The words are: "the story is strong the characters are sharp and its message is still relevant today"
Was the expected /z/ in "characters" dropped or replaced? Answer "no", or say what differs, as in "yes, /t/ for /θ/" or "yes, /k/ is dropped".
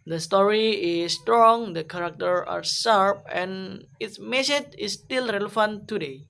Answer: yes, /z/ is dropped